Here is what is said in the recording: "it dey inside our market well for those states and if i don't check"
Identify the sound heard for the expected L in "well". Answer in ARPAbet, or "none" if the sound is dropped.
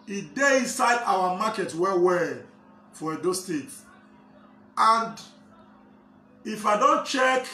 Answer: W